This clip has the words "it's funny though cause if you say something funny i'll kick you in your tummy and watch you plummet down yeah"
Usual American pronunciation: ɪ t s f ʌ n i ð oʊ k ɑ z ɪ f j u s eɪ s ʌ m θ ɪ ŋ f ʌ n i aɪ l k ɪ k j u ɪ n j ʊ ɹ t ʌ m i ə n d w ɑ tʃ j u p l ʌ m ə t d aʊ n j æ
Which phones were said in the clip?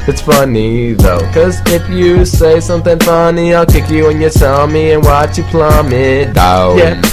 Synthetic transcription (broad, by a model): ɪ t s f ʌ n i ð oʊ k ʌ z ɪ f j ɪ s eɪ s ʌ m θ ɪ ŋ f ʌ n i aɪ l k ɪ k j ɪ ɪ n j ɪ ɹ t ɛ m i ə n w ɑ tʃ j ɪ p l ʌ m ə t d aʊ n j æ